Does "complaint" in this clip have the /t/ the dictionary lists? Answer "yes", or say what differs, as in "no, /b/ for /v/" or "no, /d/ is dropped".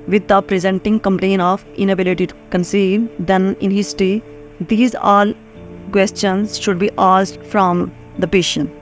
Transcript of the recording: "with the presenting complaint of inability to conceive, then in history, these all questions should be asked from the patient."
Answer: no, /t/ is dropped